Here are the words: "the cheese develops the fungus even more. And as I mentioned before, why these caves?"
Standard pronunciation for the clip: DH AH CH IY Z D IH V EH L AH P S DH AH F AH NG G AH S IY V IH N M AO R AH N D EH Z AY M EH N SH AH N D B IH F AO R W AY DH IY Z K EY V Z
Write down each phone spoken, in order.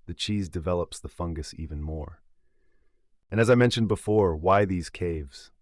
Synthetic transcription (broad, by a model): DH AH CH IY Z D IH V EH L AH P S DH AH F AH NG G AH S IY V IH N M AO R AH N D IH Z AY M EH N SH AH N B IH F AO R W AY DH IY Z K EY V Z